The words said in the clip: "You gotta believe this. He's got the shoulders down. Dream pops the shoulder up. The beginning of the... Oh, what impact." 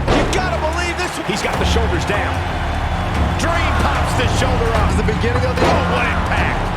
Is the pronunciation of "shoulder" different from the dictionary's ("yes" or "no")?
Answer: no